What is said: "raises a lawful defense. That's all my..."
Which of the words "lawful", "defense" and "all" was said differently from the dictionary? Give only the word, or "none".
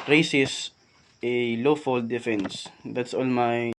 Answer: none